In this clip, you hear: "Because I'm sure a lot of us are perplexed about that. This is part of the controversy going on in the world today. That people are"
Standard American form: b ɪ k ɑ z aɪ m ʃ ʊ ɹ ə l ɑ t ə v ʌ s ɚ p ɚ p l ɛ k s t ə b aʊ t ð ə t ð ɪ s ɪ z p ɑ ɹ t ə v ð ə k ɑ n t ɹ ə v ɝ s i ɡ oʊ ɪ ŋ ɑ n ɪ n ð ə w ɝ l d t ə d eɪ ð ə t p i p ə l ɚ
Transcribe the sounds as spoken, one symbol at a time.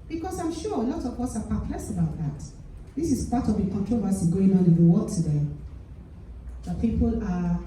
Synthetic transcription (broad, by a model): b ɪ k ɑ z aɪ m ʃ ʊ ə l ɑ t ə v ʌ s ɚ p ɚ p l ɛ s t ə b aʊ t ð ə t ð ɪ s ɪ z p ɑ t ə v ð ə k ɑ n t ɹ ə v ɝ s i ɡ oʊ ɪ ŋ ɑ n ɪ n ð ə w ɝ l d t ə d eɪ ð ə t p i p ə l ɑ